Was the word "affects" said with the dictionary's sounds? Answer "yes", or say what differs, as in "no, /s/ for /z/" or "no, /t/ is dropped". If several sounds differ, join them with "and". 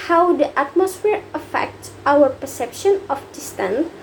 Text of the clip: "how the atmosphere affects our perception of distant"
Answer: yes